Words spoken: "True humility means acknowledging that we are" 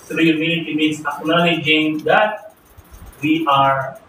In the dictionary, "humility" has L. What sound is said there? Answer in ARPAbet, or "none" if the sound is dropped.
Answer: N